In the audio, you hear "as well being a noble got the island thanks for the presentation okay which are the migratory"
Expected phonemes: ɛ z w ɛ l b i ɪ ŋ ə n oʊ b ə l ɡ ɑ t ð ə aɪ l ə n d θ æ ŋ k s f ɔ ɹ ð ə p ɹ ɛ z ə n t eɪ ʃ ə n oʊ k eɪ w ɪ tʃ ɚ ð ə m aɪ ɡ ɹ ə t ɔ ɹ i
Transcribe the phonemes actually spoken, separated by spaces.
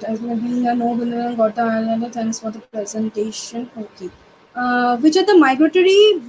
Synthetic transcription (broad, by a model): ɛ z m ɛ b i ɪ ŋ ə n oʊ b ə n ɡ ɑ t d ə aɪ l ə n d t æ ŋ k s f ɔ ɹ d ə p ɹ ɛ z ə n t eɪ ʃ ə n oʊ k eɪ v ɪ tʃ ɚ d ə m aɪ ɡ ɹ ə t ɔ ɹ i